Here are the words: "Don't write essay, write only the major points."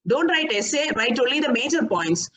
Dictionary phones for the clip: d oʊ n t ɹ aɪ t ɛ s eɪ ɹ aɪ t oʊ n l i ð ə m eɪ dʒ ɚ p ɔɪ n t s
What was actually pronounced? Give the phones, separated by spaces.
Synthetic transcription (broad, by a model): d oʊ n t ɹ aɪ t ɛ s eɪ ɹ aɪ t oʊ l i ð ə m eɪ dʒ ɚ p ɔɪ n t s